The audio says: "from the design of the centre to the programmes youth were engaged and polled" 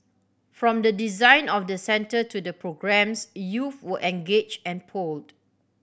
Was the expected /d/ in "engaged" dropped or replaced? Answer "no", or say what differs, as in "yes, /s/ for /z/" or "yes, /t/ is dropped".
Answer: yes, /d/ is dropped